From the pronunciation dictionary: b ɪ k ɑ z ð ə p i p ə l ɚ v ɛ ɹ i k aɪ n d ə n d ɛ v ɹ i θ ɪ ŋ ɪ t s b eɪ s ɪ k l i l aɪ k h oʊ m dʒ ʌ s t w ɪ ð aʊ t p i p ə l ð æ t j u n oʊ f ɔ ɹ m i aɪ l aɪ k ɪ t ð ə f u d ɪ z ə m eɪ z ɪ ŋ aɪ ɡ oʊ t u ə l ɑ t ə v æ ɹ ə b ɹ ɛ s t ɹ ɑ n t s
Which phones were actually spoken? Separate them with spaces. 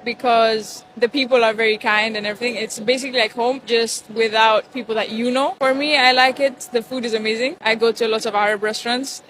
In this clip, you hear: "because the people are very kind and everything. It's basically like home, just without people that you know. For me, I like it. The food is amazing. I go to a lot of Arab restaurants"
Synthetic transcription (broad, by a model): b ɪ k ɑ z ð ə p i p ə l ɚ v ɛ ɹ i k aɪ n d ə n ɛ v ɹ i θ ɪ ŋ ɪ t s b eɪ s ɪ k l i l aɪ k h oʊ m dʒ ʌ s t w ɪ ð aʊ t p i p ə l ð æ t j u n oʊ f ɔ ɹ m i aɪ l aɪ k ɪ t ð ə f u d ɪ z ə m eɪ z ɪ ŋ aɪ ɡ oʊ t u ə l ɑ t ə v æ ɹ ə b ɹ ɛ s t ɹ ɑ n t s